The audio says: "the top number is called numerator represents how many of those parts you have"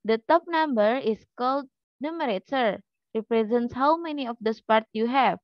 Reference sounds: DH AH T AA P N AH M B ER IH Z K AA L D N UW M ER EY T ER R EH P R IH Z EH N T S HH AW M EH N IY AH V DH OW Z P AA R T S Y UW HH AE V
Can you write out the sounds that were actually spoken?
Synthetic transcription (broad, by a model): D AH T AA P N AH M B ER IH S K AA L D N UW M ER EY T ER R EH P R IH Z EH N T S HH AW M EH N IY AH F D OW S P AA R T Y UW HH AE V